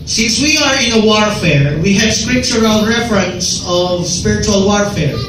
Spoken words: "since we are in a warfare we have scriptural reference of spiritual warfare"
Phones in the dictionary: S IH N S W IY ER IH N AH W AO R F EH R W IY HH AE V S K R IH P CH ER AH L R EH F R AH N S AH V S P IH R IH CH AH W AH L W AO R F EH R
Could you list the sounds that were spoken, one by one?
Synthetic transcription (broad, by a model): S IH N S W IY ER IH N AH W AO R F EH R W IY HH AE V S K R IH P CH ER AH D R EH F R AH N S AH V S P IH R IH CH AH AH L W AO R F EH R